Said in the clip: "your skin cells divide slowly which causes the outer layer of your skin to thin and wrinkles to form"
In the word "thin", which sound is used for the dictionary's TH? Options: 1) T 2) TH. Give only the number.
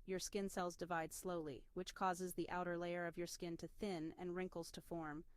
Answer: 2